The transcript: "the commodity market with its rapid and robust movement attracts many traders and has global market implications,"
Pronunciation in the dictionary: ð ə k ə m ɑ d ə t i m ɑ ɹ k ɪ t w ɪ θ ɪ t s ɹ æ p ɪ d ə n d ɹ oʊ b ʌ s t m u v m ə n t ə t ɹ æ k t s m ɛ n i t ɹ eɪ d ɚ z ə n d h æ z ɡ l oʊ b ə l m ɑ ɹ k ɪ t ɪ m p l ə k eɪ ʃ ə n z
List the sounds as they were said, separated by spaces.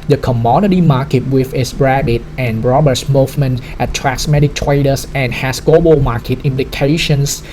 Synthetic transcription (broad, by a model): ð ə k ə m ɑ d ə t i m ɑ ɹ k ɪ t w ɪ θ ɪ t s ɹ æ b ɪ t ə n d ɹ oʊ b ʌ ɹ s m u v m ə n t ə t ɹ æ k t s m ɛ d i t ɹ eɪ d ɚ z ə n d h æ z ɡ l oʊ b ə l m ɑ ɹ k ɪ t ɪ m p l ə k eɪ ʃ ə n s